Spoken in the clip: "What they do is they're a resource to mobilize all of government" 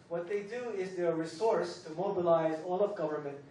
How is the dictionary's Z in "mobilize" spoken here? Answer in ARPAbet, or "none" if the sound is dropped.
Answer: Z